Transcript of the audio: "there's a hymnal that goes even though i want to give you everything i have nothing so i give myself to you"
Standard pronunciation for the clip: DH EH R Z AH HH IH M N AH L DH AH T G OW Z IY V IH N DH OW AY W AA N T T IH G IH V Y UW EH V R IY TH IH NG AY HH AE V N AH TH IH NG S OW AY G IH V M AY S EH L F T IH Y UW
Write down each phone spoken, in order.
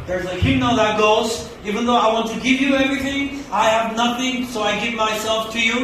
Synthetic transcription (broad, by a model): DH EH R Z AH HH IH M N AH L DH AH T G OW Z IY V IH N DH OW AY W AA N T T IH G IH V Y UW EH V R IY TH IH NG AY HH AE V N AH TH IH NG S OW AY G IH V M AY S EH L F T IH Y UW